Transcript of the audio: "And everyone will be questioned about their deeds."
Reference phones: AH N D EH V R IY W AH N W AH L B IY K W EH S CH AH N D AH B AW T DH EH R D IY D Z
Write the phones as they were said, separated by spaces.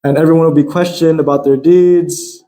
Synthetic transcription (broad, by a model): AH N EH V R IY W AH N W AH L B IY K W EH S CH AH N D AH B AW T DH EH R D IY D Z